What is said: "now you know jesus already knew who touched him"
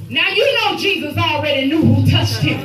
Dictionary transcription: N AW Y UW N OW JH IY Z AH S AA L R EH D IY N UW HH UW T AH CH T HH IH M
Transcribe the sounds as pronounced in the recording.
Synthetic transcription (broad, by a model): N AW Y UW N OW JH IY Z AH S AA L R EH D IY N UW HH UW T AH CH T HH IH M